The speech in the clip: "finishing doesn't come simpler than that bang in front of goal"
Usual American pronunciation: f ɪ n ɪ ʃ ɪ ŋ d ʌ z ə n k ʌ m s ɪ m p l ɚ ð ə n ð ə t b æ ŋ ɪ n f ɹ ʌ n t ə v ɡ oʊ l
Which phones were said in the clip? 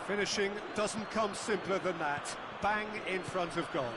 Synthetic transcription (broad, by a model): f ɪ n ɪ ʃ ɪ ŋ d ʌ z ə n k ʌ m s ɪ m p l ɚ ð ə n ð ə t b æ ŋ ɪ n f ɹ ʌ n t ə v ɡ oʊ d